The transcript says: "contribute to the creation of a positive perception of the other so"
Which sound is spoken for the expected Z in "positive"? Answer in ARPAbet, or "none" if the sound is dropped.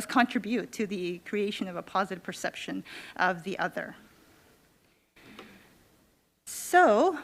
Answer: Z